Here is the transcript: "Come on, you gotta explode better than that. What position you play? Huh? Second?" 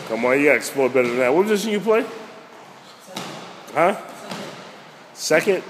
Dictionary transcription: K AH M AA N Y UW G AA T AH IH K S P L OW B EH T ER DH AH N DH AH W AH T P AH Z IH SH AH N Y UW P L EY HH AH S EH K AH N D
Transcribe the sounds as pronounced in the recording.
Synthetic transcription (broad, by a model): K AH M AA N Y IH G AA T IH K S P L OW B EH T ER DH AH N DH AH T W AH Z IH S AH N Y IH P L EY HH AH S EH K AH N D